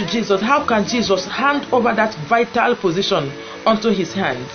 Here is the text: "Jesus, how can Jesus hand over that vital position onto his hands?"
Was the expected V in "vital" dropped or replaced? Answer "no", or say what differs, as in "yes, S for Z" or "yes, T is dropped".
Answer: no